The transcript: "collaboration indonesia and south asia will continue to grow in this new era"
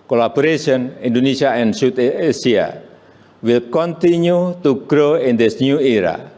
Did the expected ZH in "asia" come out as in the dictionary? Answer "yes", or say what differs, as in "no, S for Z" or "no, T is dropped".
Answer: no, S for ZH